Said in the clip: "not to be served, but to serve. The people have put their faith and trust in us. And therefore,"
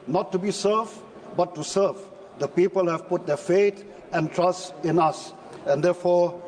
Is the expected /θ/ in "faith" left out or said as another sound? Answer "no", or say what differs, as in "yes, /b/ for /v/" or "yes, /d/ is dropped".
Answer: yes, /t/ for /θ/